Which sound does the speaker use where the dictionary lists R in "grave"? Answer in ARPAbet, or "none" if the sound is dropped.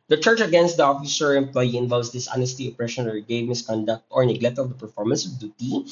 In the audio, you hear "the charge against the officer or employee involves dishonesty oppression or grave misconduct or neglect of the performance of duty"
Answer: none